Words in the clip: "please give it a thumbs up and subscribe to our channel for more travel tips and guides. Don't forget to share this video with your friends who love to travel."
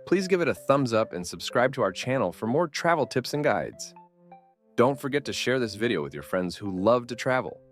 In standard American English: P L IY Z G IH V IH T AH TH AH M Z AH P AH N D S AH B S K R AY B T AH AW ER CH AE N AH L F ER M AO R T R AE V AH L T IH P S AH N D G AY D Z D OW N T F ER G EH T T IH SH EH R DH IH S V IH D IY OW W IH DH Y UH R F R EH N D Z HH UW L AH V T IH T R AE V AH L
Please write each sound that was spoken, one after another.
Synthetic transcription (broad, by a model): P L IY Z G IH V IH T AH TH AH M Z AH P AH N S AH B S K R AY B T AH AW ER CH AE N L F ER M AO R T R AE V L T IH P S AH N G AY D Z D OW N T F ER G EH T T IH SH EH R DH IH S V IH D IY OW W IH DH Y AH R F R EH N D Z HH UW L AH V T IH T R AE V L